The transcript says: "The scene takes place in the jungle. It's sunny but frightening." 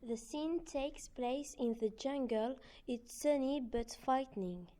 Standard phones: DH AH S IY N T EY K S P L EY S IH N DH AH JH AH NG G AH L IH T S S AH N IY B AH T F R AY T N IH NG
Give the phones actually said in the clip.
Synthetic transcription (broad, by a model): DH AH S IY N T EY K S P L EY S IH N DH AH JH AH NG G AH L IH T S S AH N IY B AH T F AY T N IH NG